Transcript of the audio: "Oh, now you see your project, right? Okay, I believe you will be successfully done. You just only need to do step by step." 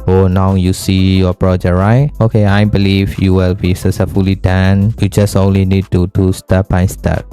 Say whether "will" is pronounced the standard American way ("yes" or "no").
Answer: yes